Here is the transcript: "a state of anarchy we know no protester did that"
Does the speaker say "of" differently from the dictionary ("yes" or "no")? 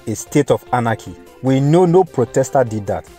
yes